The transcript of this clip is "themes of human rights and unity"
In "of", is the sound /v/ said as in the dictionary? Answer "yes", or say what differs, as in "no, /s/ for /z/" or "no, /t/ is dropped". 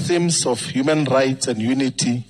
no, /f/ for /v/